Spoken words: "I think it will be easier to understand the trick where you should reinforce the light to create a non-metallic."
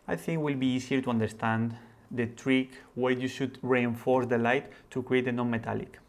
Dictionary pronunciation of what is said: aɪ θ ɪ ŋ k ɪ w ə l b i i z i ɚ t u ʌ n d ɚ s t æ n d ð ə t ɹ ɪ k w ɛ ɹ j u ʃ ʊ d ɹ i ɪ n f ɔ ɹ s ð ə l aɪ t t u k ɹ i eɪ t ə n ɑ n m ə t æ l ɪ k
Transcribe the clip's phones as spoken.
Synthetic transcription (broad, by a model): aɪ θ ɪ ŋ k w ə l b i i s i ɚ t u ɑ n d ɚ s t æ n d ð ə t ɹ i k w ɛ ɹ j u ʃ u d ɹ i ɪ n f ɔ ɹ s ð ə l aɪ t t u k ɹ i eɪ t ə n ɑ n m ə t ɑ l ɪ k